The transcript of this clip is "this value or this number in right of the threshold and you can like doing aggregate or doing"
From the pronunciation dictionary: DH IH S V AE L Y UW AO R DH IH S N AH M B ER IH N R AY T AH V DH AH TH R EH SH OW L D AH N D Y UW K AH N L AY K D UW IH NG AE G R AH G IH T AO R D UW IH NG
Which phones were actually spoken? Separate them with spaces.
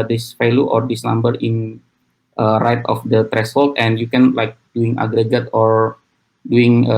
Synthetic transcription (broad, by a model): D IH S F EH L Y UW AO R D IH S N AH M B ER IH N R AY T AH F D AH T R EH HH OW L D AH N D Y UW K AH N L AY K D UW IH NG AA G R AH G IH T AO R D UW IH NG